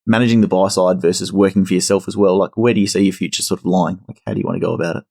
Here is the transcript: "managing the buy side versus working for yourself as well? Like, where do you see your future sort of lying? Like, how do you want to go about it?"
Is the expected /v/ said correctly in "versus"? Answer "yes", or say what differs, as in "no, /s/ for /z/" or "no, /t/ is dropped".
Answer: yes